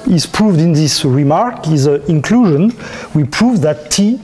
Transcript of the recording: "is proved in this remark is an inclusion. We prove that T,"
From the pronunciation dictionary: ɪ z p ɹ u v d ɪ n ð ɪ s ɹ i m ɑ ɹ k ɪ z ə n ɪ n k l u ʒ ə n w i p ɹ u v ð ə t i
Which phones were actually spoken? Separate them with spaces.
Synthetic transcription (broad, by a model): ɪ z p ɹ u v d ɪ n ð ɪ s ɹ i m ɑ ɹ k ɪ z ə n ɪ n k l u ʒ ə n w i p ɹ u v ð ə t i